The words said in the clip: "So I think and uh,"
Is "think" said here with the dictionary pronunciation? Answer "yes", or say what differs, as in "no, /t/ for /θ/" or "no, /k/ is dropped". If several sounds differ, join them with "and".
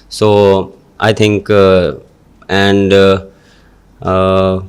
no, /t/ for /θ/